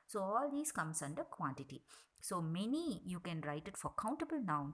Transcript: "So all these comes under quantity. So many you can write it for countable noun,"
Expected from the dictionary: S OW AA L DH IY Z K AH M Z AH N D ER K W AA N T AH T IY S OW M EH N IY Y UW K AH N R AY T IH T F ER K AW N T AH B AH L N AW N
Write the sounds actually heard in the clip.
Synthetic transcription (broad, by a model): S OW AA L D IY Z K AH M S AH N D ER K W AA N T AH T IY S OW M EH N IY Y UW K AH N R AY T IH T F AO K AW N T AH B AH L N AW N